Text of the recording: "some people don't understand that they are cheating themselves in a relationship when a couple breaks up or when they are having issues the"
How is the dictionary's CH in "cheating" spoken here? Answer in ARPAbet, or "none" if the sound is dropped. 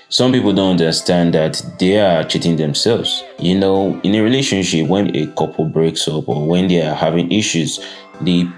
CH